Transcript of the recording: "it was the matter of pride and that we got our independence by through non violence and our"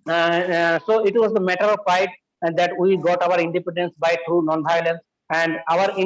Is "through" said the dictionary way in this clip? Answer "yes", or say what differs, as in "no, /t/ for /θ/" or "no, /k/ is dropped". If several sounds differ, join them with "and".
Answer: no, /t/ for /θ/